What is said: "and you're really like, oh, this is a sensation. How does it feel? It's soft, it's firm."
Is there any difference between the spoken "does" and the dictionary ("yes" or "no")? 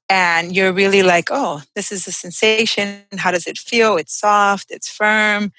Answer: no